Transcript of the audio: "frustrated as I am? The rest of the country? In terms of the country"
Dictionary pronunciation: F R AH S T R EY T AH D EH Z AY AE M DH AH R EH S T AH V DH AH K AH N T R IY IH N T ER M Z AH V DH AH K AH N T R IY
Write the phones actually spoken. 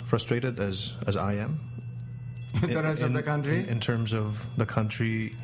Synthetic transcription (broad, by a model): F R AH S T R EY T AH D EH Z AY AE M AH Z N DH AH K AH N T R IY IH N T ER M Z AH V DH AH K AH N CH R IY